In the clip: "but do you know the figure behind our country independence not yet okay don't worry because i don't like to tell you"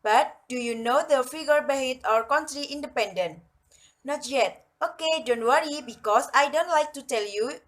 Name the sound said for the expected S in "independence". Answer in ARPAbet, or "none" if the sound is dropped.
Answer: none